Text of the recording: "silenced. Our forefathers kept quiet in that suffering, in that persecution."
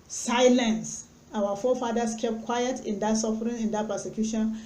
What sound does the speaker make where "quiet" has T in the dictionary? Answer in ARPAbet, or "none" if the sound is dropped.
T